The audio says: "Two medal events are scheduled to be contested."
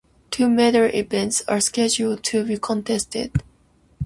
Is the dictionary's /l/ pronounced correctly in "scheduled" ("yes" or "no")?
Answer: yes